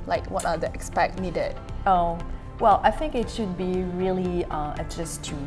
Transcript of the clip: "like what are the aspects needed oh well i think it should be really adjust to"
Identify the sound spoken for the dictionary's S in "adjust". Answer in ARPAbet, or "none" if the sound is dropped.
none